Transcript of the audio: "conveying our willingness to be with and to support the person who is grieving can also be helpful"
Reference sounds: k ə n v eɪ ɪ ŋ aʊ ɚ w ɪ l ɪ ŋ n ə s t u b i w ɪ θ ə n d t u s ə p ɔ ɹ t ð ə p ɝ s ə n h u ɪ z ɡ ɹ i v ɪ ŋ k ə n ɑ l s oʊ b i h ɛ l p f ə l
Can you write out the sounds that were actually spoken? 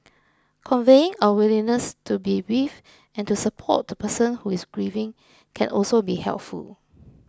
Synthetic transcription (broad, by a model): k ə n v eɪ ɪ ŋ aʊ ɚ w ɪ l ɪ n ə s t u b i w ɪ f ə n t u s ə p ɔ t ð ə p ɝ s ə n h u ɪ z ɡ ɹ i v ɪ ŋ k ə n ɑ l s oʊ b i h ɛ l p f ə l